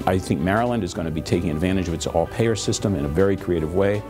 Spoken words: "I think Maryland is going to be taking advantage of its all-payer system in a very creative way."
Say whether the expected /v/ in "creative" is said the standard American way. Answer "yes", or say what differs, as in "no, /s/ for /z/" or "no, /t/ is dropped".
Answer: yes